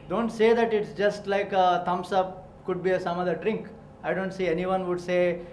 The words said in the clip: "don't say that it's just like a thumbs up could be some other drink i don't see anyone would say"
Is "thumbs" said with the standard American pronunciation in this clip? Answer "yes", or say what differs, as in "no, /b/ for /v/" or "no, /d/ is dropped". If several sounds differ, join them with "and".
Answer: no, /t/ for /θ/ and /s/ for /z/